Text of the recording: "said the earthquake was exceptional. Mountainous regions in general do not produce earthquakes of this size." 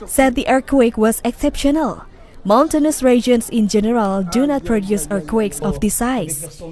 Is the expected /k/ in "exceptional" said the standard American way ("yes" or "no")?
yes